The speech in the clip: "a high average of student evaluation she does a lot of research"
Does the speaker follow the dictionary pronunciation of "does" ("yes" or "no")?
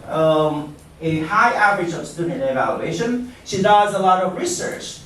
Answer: yes